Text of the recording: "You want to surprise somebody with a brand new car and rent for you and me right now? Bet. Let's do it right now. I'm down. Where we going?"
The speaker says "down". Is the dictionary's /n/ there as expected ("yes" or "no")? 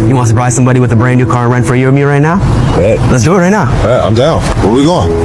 no